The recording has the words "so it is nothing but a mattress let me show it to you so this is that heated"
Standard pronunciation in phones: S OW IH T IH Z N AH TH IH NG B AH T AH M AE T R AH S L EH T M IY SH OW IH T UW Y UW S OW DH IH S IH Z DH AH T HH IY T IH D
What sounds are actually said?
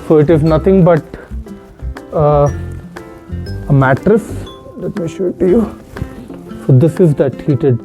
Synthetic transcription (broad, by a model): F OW IH T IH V N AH T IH NG B AH T AH M AE T R AH S L EH T M IY SH OW IH T UW Y UW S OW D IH S IH Z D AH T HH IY T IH D